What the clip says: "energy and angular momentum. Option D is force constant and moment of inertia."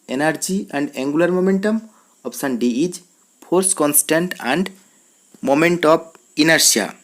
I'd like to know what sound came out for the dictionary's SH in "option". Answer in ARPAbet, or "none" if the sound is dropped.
S